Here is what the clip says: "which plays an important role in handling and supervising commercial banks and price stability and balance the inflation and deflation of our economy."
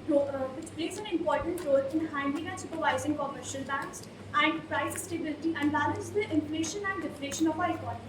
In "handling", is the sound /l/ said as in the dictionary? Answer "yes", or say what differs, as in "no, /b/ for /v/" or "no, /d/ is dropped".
no, /l/ is dropped